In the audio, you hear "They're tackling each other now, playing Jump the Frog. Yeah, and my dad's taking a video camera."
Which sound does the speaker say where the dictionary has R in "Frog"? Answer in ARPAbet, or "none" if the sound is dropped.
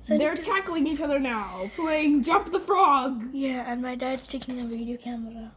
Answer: R